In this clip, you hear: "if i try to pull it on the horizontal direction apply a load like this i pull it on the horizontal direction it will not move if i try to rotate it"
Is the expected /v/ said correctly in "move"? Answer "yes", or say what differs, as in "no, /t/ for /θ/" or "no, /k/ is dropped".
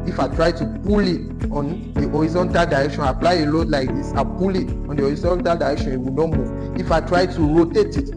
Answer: no, /v/ is dropped